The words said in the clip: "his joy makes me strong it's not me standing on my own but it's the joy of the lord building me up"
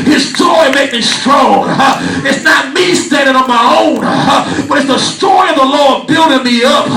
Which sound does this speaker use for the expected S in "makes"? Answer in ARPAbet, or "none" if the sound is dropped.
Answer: none